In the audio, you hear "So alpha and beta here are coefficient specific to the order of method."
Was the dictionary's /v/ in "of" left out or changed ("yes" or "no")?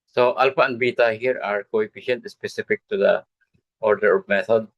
yes